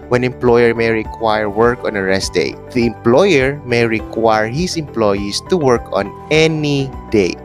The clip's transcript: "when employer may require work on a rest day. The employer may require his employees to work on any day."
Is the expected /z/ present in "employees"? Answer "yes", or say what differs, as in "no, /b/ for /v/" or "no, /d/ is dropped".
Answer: no, /s/ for /z/